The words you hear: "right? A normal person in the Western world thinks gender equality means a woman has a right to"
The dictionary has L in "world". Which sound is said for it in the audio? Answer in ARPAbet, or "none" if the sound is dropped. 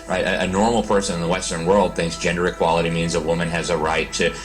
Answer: L